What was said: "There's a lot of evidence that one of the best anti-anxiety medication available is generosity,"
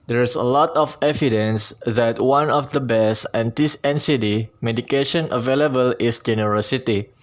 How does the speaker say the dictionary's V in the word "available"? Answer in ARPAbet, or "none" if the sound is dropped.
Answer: V